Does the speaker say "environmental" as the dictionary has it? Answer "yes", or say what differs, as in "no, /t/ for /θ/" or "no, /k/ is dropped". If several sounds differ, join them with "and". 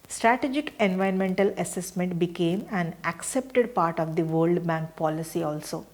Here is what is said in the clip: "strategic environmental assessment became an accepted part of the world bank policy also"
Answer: no, /ɹ/ is dropped